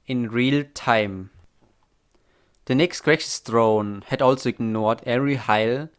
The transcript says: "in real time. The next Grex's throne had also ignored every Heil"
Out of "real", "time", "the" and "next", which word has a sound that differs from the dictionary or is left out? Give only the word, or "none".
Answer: none